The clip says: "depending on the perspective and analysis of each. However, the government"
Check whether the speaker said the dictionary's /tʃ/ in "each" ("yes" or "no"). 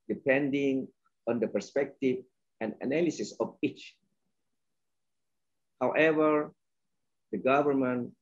yes